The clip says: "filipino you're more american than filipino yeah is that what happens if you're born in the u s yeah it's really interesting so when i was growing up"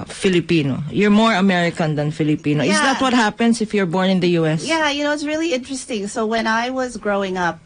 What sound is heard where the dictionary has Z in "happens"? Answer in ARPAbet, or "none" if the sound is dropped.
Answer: S